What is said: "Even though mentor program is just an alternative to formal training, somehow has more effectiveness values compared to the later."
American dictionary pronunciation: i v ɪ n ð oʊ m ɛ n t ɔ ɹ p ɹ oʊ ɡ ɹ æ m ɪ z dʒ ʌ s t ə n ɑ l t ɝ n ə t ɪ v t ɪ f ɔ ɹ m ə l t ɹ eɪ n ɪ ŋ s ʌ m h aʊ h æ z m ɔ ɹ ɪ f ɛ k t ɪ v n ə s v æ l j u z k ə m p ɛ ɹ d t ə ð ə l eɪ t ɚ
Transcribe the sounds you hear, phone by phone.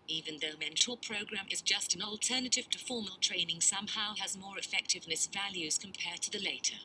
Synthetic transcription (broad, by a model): i v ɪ n ð oʊ m ɛ n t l p ɹ oʊ ɡ ɹ æ m ɪ z dʒ ʌ s t n ɑ l t ɝ n ə t ɪ v t ɪ f ɔ ɹ m ə l t ɹ eɪ n ɪ ŋ s ʌ m h aʊ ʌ z m ɔ ɹ ɪ f ɛ k t ɪ v n ə s v æ l j u z k ə m p ɛ ɹ d t ə ð ə l eɪ t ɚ